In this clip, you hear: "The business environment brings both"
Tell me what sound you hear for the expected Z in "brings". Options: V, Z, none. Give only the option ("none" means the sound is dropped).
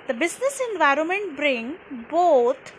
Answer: none